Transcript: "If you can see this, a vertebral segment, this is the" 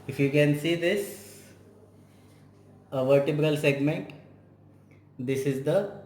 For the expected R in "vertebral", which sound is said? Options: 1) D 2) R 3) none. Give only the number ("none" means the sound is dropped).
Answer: 2